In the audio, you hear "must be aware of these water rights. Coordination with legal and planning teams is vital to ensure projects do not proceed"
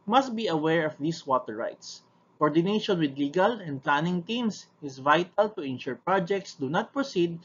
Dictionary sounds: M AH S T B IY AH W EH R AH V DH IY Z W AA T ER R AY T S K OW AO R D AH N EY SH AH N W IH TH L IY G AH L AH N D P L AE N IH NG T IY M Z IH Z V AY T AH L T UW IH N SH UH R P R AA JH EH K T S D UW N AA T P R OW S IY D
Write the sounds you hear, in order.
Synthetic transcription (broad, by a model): M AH S T B IY AH W EH R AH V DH IY S W AA T ER R AY T S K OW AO R D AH N EY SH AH N W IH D L IY G AH L AH N D P L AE N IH NG T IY M S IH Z V AY T AH L T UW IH N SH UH R P R AA JH EH K T S D UW N AA T P R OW S IY D